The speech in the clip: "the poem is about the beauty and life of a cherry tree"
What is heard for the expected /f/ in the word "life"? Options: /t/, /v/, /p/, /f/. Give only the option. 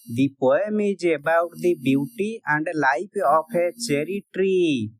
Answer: /p/